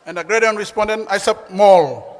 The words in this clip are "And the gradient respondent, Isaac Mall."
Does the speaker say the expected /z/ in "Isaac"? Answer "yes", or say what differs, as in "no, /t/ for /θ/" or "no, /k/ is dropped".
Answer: no, /s/ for /z/